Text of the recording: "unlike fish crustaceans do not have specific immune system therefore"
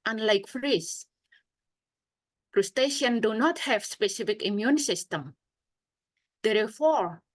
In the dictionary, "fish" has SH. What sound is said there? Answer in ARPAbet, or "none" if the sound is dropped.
S